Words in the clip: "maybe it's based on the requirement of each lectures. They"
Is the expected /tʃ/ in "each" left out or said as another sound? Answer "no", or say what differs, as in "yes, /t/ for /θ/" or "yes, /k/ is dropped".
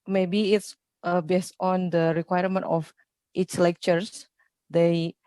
yes, /s/ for /tʃ/